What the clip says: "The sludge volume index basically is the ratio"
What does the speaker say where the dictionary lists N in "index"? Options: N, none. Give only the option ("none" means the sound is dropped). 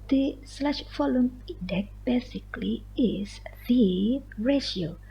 none